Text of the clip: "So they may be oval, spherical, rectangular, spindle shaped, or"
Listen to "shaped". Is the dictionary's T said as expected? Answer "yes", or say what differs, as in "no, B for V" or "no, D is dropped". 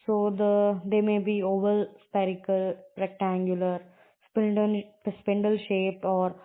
yes